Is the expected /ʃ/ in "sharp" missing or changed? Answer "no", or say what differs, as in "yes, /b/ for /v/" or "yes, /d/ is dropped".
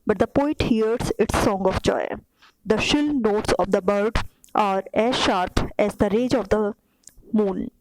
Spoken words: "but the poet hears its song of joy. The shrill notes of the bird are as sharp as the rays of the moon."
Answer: no